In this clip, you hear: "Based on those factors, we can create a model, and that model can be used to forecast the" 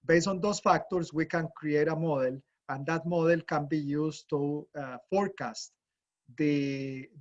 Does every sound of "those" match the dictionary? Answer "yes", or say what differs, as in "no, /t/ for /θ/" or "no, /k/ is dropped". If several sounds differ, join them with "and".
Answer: no, /s/ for /z/